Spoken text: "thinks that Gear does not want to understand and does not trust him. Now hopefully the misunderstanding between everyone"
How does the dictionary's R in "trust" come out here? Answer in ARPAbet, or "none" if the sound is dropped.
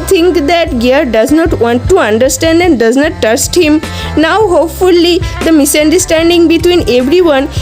none